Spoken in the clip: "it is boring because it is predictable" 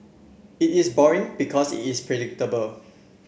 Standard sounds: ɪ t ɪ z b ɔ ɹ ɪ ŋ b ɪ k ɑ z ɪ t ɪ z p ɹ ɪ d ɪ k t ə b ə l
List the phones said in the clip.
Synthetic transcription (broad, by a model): ɪ t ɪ s b ɔ ɹ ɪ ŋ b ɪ k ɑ s ɪ t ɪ s p ɹ ɪ d ɪ k t ə b ə l